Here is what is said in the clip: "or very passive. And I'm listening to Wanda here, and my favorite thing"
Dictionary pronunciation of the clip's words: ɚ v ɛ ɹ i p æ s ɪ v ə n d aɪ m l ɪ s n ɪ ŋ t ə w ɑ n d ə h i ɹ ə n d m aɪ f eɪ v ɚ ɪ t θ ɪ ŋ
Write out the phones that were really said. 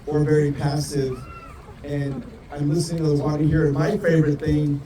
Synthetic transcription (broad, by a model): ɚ v ɛ ɹ i p æ s ɪ v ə n aɪ m l ɪ s n ɪ ŋ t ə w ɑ d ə h i ɹ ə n m aɪ f eɪ v ɚ ɪ t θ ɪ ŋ